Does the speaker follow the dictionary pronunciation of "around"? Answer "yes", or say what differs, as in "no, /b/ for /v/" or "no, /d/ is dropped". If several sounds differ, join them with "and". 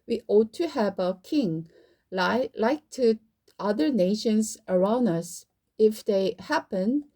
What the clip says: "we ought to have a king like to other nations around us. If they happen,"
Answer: yes